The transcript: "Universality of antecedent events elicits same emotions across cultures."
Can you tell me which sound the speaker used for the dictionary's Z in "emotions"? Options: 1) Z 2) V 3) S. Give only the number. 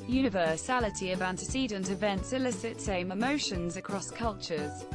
1